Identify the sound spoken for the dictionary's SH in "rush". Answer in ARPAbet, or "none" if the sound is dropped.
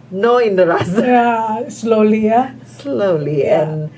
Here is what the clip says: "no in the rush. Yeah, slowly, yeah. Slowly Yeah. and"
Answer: S